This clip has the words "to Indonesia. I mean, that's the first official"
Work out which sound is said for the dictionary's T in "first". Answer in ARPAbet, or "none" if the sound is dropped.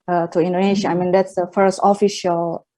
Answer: T